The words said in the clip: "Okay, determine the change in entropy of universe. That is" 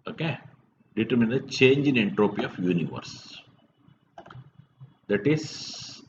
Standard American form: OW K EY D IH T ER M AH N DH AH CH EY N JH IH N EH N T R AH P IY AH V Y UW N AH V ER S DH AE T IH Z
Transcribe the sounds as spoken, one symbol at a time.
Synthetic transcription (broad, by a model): OW K EY D IH T ER M AH N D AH CH EY N JH IH N EH N T R AH P IY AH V Y UW N AH V ER S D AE T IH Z